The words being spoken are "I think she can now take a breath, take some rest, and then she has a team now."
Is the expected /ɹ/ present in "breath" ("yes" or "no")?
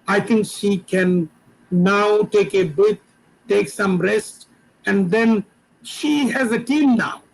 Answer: no